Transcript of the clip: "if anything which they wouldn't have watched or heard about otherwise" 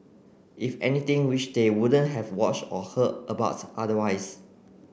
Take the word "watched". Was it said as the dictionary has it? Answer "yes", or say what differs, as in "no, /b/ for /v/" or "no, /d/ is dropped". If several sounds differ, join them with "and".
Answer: yes